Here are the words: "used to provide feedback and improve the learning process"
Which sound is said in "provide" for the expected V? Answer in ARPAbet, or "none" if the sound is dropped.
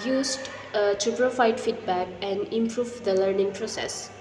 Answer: F